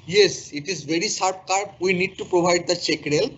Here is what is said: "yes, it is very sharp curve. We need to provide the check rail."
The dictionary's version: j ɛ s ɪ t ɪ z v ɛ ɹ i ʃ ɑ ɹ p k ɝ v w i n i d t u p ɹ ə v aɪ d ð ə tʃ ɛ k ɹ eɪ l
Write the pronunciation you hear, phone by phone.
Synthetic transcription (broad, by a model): j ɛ s ɪ t ɪ z v ɛ ɹ i s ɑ ɹ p k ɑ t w i n i d t u p ɹ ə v aɪ d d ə tʃ ɛ k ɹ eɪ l